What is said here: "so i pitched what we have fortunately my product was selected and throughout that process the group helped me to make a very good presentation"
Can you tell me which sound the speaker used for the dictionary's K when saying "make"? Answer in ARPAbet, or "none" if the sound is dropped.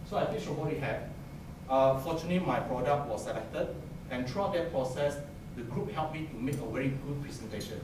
K